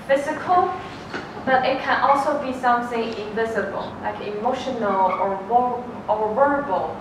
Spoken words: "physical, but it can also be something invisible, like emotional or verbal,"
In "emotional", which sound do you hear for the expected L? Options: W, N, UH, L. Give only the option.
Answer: W